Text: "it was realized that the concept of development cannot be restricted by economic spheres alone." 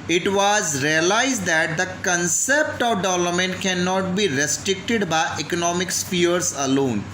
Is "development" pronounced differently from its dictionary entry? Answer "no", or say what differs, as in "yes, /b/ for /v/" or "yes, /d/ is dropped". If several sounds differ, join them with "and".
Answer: yes, /p/ is dropped